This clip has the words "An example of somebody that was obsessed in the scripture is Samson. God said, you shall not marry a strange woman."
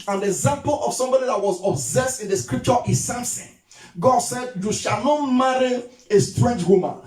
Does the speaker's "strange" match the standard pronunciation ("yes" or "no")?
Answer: yes